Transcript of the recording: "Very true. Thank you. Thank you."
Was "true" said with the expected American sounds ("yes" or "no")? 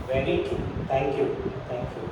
no